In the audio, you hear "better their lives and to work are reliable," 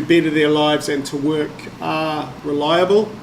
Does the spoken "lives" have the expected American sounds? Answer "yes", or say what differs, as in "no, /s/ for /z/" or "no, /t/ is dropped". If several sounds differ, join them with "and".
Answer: yes